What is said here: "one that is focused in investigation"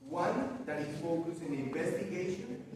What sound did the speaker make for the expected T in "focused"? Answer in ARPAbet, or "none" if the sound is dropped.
none